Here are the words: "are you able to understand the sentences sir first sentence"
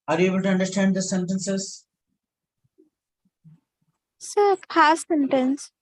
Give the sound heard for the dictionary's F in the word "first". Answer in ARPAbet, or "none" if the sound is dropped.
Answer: P